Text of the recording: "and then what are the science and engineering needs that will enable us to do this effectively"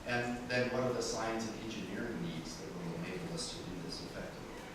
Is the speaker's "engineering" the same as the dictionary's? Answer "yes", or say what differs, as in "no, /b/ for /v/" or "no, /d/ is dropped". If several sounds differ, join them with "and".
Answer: yes